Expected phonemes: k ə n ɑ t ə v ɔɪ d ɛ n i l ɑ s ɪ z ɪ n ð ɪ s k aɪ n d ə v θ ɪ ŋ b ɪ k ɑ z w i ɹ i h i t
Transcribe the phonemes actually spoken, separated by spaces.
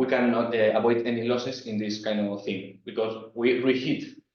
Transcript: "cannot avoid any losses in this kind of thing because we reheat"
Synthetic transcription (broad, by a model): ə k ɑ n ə b ɔɪ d ɛ n i l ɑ s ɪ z ɪ n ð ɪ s k aɪ n d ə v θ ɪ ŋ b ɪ k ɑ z w i ɹ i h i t